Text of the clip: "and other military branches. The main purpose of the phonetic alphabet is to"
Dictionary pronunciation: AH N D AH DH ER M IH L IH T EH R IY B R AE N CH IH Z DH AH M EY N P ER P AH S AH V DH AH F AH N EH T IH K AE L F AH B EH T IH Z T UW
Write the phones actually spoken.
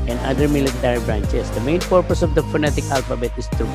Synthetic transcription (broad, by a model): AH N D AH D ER M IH L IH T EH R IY B R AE N CH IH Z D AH M EY N P ER P AH S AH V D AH F AH N EH T IH K AE L F AH B EH T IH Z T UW